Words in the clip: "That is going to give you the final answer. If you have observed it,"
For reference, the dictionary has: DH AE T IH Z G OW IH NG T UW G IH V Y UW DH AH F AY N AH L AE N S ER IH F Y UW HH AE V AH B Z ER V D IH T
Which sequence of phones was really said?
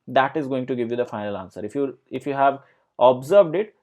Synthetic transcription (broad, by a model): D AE T IH Z G OW IH NG T UW G IH V Y UW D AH F AY N AH L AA N S ER IH F Y UW HH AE V AH B Z ER V D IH T